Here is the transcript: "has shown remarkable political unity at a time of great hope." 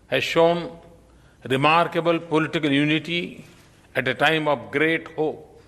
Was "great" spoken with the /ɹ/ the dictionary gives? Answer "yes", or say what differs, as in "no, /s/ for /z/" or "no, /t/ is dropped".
yes